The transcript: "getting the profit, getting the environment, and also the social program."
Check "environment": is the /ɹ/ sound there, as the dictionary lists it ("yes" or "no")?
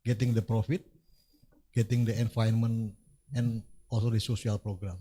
no